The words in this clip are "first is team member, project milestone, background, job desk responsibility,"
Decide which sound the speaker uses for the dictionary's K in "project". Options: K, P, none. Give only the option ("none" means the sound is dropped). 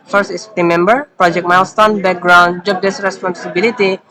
K